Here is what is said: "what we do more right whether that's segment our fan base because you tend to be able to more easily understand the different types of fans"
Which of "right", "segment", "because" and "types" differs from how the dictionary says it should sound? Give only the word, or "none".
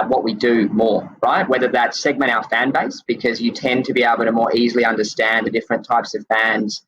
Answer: segment